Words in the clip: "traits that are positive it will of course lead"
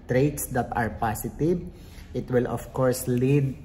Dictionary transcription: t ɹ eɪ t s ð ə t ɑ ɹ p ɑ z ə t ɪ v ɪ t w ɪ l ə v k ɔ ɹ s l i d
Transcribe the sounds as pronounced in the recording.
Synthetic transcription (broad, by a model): t ɹ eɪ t s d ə t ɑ ɹ p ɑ s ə t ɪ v ɪ t w ɪ l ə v k ɔ ɹ s l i d